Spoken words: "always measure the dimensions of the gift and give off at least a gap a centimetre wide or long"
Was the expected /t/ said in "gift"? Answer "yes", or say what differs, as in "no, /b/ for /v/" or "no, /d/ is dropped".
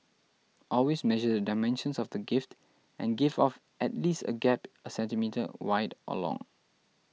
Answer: yes